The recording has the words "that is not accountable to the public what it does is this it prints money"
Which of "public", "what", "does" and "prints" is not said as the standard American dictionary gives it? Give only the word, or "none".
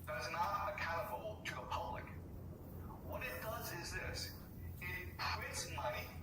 prints